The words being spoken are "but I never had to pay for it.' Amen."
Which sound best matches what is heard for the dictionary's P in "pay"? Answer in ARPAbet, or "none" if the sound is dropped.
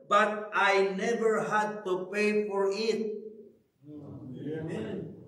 P